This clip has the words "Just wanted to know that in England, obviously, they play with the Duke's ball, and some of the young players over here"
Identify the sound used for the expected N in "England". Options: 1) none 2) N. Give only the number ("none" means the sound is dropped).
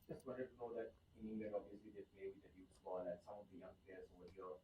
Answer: 1